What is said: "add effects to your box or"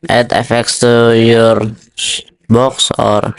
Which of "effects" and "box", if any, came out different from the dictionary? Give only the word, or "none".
none